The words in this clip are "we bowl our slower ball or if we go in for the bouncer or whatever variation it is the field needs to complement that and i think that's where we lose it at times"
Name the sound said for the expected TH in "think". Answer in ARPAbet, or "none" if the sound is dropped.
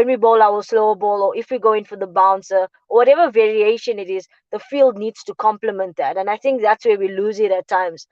TH